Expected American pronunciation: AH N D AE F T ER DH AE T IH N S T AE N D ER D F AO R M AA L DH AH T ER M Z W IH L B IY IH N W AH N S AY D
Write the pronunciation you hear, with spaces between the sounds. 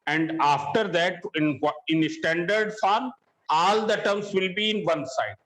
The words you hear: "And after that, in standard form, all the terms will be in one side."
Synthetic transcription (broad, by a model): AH N D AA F T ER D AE T IH N S T AE N D ER D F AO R AA L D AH T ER M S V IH L B IY IH N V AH N S AY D